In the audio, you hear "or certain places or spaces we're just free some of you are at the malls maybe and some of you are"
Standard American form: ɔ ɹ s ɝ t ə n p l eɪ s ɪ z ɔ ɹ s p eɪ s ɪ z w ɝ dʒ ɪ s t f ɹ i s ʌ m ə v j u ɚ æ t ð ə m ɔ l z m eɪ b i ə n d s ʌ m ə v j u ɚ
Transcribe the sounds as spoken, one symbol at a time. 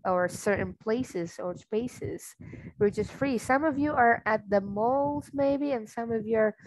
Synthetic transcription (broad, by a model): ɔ ɹ s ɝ t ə n p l eɪ s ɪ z ɔ ɹ s p eɪ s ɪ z w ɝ tʃ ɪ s f ɹ i s ʌ m ə v j u ɚ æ t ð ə m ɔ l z m eɪ b i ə n s ʌ m ə v j u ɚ